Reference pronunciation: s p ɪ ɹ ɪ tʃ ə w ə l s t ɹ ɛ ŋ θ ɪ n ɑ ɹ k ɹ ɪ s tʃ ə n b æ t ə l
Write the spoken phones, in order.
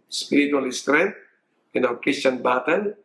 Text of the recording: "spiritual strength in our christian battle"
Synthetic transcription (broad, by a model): s p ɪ ɹ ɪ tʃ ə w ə l s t ɹ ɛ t ɪ n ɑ l k ɹ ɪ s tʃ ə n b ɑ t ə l